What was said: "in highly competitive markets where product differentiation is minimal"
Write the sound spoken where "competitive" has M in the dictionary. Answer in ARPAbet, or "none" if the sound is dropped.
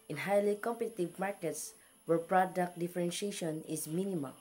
M